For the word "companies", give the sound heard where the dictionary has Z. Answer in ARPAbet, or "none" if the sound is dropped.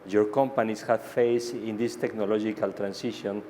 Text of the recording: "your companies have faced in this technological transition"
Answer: S